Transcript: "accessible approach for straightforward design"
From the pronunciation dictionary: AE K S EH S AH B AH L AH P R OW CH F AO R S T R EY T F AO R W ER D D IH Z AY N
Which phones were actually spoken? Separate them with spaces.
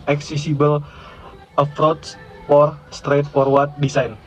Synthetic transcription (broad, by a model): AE K S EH S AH B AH L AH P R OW S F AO R S T R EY T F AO R W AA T D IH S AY N